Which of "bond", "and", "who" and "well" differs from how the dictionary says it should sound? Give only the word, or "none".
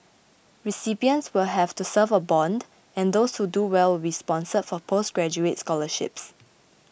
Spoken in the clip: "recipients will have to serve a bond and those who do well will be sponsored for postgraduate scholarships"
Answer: none